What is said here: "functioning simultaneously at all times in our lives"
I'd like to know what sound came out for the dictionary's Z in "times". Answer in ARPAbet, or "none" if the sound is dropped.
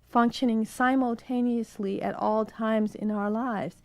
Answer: Z